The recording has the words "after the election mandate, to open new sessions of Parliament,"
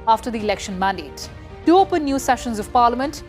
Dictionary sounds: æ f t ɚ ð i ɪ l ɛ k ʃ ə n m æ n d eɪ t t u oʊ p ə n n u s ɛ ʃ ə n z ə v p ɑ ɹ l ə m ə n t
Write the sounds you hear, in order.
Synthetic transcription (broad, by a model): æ f t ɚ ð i ɪ l ɛ k ʃ ə n m æ n d eɪ t t u oʊ p ə n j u s ɛ ʃ ə n z ə v p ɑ ɹ l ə m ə n t